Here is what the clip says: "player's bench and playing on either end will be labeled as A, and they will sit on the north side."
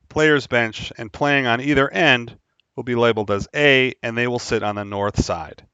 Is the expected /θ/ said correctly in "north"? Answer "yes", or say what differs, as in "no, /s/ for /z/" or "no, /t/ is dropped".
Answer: yes